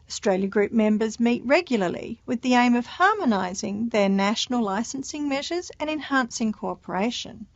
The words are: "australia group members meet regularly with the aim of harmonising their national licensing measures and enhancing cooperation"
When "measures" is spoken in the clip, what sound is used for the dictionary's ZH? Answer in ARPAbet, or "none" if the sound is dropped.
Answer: ZH